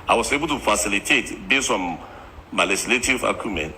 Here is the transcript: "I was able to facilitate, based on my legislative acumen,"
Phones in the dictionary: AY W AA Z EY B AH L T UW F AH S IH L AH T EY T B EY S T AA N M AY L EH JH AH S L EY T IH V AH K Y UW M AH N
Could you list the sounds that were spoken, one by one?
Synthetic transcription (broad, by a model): AY W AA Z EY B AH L T UW F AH S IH L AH T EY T B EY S AA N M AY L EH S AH L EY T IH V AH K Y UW M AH N